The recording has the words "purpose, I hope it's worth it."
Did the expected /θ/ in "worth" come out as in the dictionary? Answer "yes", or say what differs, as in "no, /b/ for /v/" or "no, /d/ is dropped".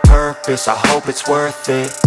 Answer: yes